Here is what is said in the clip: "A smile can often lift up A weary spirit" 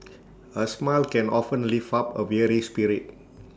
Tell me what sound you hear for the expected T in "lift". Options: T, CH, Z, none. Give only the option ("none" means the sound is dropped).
none